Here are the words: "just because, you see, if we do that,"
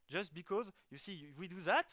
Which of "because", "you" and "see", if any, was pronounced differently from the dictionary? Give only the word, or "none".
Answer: none